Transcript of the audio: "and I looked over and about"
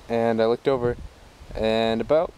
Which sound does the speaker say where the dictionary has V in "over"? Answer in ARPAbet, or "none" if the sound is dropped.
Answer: V